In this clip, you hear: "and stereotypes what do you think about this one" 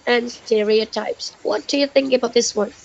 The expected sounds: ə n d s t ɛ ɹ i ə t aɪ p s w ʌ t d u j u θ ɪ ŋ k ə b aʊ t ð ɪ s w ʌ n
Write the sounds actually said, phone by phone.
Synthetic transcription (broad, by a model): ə n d s t ɛ ɹ i ə t aɪ p s w ʌ t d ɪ j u θ ɪ ŋ k ə b aʊ t ð ɪ s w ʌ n